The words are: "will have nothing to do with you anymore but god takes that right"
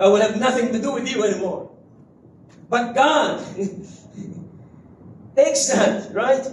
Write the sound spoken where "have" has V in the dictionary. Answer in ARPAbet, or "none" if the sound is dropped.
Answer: V